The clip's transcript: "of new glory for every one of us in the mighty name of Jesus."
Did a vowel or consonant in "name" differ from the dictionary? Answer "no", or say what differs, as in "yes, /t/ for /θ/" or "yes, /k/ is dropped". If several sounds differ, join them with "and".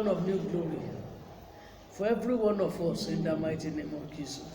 no